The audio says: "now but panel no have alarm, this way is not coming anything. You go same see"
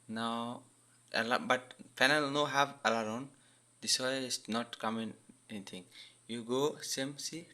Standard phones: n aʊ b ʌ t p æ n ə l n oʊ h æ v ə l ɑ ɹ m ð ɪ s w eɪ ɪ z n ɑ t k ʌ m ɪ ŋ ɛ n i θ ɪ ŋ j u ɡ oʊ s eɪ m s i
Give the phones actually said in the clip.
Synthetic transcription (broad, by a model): n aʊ b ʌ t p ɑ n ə l n oʊ h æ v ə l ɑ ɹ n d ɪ s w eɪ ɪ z n ɑ t k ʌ m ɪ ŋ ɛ n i t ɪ ŋ j u ɡ oʊ s eɪ m s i